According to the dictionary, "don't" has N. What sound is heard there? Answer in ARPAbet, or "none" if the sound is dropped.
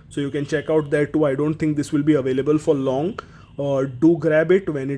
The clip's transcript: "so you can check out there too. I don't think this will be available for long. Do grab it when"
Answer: N